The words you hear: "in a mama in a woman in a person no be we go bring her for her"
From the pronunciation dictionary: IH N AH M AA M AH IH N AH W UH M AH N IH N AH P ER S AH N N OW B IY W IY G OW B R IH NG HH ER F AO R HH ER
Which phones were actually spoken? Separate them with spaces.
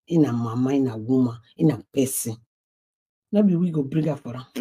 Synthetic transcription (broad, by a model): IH N AH M AA M AH IH N AH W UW M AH IH N AH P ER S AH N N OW B IY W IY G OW B R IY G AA F AO R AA